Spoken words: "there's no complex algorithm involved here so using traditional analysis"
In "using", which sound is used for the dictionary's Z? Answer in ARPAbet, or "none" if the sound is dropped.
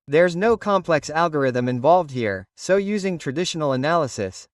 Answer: Z